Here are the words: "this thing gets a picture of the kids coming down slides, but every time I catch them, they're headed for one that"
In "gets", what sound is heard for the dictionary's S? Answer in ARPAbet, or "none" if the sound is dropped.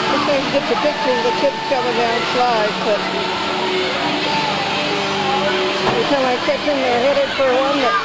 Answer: none